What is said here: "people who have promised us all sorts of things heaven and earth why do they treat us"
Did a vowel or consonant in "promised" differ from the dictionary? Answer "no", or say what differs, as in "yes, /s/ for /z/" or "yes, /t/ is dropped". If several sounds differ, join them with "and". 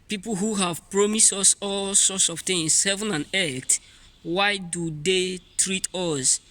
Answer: no